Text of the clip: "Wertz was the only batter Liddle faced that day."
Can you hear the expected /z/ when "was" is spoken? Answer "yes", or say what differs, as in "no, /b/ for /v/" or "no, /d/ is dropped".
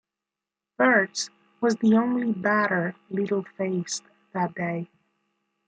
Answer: yes